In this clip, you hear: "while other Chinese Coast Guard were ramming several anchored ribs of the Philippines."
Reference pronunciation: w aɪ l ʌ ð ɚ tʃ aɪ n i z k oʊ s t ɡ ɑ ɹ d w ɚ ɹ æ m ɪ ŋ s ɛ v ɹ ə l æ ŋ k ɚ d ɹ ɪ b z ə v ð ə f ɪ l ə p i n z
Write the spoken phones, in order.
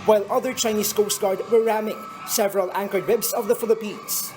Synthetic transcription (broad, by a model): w aɪ l ʌ ð ɚ tʃ aɪ n i s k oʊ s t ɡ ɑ ɹ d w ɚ ɹ æ m ɪ ŋ s ɛ v ɹ ə l æ ŋ k ɚ d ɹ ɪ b s ə v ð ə f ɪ l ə p i n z